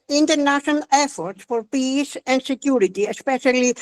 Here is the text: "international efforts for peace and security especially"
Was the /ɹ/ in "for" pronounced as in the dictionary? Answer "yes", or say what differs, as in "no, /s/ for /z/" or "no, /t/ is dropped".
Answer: yes